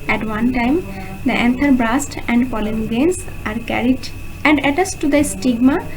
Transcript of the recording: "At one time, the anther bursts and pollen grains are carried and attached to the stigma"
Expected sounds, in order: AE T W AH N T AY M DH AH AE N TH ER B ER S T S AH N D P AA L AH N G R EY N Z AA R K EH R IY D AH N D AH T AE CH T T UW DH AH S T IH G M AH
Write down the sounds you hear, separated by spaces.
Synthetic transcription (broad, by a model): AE T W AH N T AY M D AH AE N T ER B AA S T AH N D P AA L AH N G R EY N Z AA R K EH R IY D AH N D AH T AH S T T UW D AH S T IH G M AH